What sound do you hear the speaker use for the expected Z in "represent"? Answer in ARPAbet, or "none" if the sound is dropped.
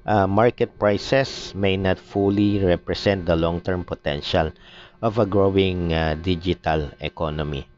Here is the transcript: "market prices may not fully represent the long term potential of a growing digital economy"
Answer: S